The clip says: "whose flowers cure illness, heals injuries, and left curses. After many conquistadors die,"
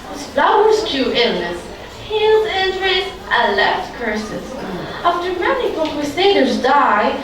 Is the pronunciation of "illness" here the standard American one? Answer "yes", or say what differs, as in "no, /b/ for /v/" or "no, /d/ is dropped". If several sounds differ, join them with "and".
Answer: yes